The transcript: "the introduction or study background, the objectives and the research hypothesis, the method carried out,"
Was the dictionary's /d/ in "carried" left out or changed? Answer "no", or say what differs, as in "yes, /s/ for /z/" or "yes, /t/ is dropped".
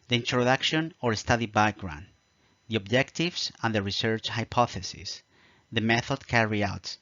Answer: yes, /d/ is dropped